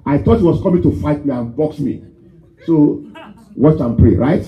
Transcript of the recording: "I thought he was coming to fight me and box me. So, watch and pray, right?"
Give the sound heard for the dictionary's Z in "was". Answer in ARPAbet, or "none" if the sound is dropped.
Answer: S